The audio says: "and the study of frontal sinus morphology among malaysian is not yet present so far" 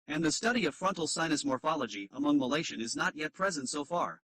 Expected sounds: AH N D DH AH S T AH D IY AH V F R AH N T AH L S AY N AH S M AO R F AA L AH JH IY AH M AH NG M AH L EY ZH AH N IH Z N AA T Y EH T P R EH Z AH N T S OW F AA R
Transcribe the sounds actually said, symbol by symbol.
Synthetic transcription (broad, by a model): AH N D DH AH S T AH D IY AH V F R AH N T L S AY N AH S M AO R F AA L AH JH IY AH M AH NG M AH L EY SH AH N IH Z N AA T Y EH T P R EH Z AH N T S OW F AA R